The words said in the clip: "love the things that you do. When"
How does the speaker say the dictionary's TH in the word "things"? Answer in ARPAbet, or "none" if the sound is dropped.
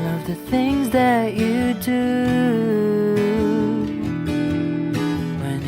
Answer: TH